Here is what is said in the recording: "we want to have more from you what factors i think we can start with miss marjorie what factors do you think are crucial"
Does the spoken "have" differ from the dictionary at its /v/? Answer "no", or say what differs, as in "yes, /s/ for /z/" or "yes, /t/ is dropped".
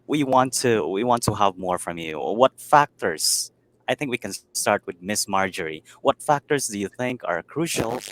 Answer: no